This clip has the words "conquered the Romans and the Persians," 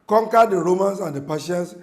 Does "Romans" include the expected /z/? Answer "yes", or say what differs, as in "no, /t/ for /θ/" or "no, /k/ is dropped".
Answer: no, /s/ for /z/